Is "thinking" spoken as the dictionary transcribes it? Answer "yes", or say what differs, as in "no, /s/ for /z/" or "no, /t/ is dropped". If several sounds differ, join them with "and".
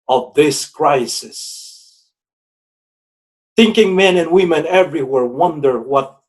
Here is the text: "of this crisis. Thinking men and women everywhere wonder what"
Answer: yes